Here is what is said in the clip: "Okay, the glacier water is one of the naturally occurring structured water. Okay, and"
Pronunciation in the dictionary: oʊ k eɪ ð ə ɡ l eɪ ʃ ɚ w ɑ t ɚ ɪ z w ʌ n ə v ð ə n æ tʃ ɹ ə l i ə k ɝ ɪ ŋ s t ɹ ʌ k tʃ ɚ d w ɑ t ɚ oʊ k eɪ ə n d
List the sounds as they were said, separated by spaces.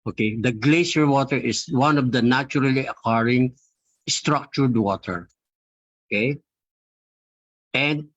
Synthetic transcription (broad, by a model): oʊ k eɪ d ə ɡ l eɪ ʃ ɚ w ɑ t ɚ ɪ s w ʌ n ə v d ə n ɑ tʃ ɹ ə l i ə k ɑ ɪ ŋ s t ɹ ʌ k tʃ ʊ d w ɑ t ɚ oʊ k eɪ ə n d